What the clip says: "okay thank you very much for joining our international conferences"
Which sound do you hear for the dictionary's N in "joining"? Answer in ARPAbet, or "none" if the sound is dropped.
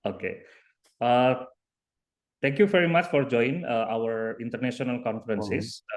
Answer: none